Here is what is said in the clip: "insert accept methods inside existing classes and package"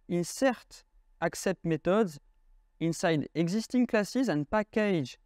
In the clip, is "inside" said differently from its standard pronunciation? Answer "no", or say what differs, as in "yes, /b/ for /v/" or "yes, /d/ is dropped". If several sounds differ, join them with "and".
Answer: no